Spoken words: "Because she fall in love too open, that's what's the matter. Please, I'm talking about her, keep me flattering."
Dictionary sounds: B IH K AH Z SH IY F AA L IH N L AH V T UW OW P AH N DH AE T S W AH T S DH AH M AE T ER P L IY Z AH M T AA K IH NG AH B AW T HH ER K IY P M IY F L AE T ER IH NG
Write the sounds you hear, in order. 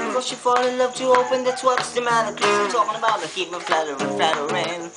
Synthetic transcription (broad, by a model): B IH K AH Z SH IY F AA L IH N L AH V T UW OW P AH N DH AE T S W AH T S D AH M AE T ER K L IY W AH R T AA K IH NG AH B AW T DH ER K IY P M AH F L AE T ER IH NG